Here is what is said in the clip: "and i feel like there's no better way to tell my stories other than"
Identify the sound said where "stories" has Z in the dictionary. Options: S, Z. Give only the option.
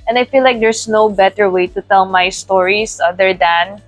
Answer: S